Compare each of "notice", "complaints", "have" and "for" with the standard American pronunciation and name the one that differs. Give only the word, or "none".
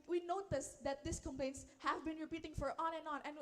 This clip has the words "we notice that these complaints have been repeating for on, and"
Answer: none